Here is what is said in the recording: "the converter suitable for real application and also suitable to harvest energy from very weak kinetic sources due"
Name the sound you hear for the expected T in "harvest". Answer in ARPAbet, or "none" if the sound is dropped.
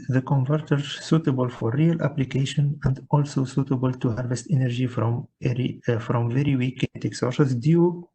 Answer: T